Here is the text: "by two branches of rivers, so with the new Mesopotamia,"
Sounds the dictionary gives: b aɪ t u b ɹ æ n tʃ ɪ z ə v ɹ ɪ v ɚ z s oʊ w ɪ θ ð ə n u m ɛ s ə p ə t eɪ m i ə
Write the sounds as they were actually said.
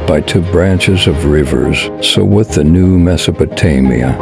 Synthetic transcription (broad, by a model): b aɪ t u b ɹ æ n tʃ ɪ z ə v ɹ ɪ v ɚ z s oʊ w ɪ ð ə n u m ɛ s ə p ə t eɪ m i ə